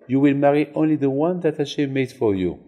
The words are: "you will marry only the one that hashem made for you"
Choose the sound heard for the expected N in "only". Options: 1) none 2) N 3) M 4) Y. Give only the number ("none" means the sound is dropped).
2